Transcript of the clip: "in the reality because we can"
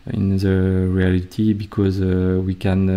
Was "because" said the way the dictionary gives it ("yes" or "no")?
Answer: yes